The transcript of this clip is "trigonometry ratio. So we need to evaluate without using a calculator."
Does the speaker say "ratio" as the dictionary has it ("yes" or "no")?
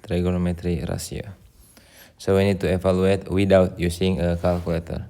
no